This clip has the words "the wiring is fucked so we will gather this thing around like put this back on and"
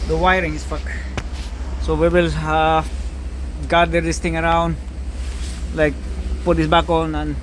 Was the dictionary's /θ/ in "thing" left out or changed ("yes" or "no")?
yes